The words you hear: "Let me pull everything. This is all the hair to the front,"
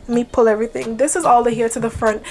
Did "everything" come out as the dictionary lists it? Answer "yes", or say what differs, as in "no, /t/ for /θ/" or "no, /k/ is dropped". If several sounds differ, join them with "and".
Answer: yes